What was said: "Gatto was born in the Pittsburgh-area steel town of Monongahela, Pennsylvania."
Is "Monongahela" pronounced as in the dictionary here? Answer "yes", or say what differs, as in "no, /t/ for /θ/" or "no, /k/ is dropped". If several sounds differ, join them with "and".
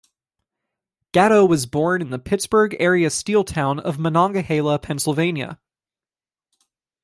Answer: yes